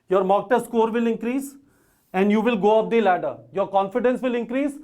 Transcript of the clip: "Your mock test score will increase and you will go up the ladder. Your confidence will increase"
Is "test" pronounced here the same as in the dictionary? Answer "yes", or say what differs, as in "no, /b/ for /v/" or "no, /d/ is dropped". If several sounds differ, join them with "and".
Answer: no, /s/ is dropped